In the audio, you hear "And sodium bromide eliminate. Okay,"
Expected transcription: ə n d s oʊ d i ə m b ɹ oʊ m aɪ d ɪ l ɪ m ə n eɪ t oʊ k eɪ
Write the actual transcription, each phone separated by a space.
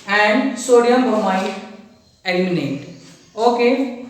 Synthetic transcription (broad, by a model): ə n d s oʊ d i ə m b oʊ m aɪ ɪ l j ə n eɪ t oʊ k eɪ